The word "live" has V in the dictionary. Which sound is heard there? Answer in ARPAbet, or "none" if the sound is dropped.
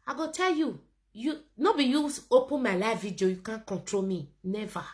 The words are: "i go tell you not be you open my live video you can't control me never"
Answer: F